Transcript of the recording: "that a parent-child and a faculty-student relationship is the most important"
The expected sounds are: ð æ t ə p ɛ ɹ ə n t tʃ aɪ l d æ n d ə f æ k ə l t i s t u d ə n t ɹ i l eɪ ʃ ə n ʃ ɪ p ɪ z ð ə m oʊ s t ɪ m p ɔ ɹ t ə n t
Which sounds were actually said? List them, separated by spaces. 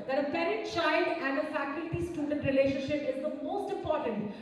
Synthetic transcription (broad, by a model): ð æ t ə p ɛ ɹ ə t tʃ aɪ l d æ n d ə f æ k ə l t i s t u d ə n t ɹ i l eɪ ʃ ə n ʃ ɪ p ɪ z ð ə m oʊ s t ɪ m p ɔ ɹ t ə n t